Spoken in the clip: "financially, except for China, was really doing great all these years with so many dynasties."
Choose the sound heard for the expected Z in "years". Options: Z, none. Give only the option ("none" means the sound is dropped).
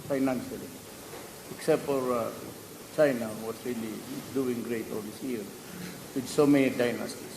none